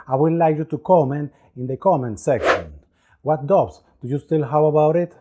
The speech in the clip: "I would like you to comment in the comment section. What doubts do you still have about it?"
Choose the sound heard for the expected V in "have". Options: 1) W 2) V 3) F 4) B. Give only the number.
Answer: 1